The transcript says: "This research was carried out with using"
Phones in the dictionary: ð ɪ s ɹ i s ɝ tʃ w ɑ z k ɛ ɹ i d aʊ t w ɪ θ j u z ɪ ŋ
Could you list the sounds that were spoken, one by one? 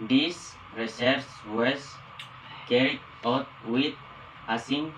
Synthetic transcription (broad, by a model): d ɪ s ɹ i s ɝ s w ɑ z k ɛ ɹ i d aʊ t w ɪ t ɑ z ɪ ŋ